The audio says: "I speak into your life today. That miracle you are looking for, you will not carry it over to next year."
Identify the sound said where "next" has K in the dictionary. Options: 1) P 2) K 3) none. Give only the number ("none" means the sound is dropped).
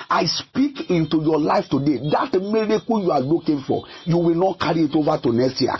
3